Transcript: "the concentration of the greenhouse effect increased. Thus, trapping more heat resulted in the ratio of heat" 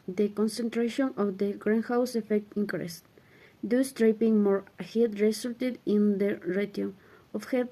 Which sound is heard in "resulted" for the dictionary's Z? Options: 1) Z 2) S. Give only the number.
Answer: 2